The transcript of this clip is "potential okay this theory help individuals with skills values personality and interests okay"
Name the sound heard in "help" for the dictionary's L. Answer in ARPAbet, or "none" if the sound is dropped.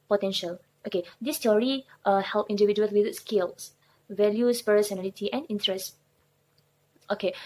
L